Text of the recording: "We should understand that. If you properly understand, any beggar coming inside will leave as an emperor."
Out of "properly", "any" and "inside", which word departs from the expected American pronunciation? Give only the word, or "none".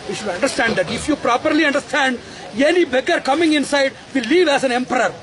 none